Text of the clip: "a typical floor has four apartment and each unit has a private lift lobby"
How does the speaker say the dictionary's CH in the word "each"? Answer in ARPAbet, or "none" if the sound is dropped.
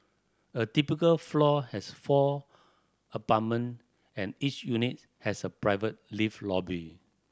CH